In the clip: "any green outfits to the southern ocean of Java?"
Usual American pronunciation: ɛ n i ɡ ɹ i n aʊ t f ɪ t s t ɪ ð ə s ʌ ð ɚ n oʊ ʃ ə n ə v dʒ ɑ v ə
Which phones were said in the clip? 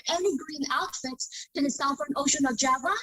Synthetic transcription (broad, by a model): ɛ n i ɡ ɹ i n aʊ t f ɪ t t ɪ ð ə s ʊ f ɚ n oʊ ʃ ə n ə v dʒ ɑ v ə